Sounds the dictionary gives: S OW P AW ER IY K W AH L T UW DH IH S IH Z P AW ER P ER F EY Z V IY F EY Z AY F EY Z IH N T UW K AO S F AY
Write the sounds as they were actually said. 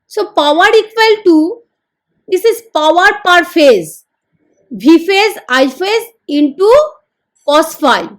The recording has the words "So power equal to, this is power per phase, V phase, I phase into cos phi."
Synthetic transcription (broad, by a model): S OW P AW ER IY K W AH L T UW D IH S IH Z P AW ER P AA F EY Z B IY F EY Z AY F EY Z IH N T UW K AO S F AY